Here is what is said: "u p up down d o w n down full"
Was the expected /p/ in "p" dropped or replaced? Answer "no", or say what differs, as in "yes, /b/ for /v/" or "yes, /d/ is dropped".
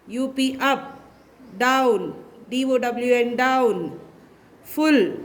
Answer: no